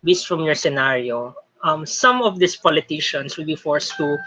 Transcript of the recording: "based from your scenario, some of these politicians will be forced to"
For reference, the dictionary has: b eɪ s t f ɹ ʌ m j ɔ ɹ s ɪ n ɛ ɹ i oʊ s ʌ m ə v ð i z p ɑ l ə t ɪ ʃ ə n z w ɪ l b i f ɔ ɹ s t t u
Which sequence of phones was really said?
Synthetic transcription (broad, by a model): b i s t f ɹ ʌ m j ɔ ɹ s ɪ n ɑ ɹ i oʊ s ʌ m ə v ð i s p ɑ l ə t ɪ ʃ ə n s w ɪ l b i f ɔ ɹ s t t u